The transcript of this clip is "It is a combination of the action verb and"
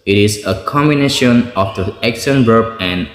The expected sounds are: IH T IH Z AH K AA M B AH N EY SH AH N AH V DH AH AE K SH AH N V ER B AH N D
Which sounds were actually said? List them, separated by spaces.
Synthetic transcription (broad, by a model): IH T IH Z AH K AA M B AH N EY SH AH N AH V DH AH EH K S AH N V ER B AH N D